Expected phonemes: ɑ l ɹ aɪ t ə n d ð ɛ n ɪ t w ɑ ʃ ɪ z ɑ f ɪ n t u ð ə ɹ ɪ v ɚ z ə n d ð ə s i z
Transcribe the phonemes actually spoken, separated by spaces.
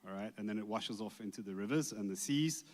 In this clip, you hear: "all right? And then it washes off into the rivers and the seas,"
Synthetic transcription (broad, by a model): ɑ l ɹ aɪ t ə n ð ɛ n ɪ t w ɑ ʃ ɪ z ɑ f ɪ n t u ð ə ɹ ɪ v ɚ z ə n ð ə s i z